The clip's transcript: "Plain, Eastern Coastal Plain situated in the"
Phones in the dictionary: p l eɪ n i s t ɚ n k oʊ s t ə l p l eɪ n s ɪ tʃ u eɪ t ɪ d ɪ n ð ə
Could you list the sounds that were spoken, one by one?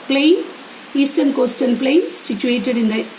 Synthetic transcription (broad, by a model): p l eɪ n i s t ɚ n k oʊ s t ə n p l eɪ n s ɪ tʃ u eɪ t ɪ d ɪ n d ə